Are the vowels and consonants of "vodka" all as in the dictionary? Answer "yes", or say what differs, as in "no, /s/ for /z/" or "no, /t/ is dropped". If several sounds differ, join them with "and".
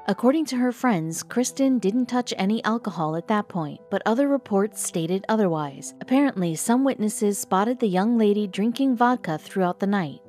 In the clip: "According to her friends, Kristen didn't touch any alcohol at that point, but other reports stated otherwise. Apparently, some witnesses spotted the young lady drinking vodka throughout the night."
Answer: yes